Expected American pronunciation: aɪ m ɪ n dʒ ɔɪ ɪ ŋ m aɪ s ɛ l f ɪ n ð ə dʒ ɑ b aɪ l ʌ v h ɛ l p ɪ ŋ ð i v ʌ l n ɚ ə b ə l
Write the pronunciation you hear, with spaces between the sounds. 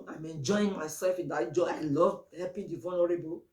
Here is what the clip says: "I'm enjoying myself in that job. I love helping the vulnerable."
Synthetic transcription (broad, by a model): aɪ m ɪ n dʒ ɔɪ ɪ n m aɪ s ɛ l f ɪ n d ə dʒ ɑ aɪ l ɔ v h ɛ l p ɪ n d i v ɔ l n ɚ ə b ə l